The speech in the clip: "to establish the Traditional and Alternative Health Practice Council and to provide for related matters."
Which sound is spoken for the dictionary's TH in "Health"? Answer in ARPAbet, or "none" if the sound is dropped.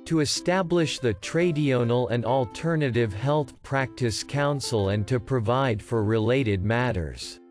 TH